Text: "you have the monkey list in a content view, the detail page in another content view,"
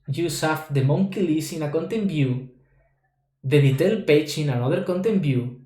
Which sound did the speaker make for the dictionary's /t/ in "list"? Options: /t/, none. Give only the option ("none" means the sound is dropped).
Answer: none